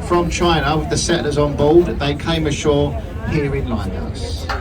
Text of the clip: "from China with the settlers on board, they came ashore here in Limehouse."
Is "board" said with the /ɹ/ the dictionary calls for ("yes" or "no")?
no